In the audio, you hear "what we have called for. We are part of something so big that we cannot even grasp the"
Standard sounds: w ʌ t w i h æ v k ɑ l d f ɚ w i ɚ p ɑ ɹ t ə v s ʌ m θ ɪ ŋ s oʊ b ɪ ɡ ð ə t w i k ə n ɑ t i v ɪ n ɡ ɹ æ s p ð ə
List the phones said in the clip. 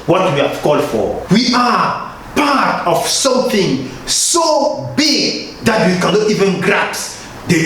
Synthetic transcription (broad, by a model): w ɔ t w i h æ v k ɑ l d f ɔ w i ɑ p ɑ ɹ t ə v s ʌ m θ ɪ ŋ s oʊ b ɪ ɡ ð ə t w i k ə n ɑ t i v ɪ n ɡ ɹ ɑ p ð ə